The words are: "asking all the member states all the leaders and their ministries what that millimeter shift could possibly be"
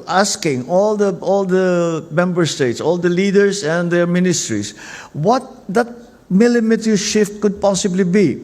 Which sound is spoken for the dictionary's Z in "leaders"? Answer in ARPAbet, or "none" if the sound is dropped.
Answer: S